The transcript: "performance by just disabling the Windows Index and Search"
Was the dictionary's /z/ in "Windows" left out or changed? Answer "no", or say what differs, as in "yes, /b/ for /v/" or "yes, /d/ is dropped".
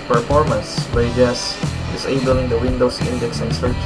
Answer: yes, /s/ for /z/